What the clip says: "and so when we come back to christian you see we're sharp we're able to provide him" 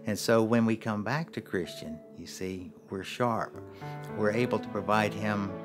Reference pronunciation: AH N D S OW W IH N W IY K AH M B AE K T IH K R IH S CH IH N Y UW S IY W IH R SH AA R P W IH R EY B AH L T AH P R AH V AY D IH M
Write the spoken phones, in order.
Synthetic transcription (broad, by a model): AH N S OW W IH N W IY K AH M B AE K T IH K R IH S CH IH N Y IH S IY W IH R SH AA R P W IH R EY B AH L T AH P R AH V AY D IH M